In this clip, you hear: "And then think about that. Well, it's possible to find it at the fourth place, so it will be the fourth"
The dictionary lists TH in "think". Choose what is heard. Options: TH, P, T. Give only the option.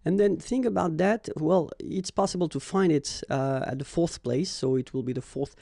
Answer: TH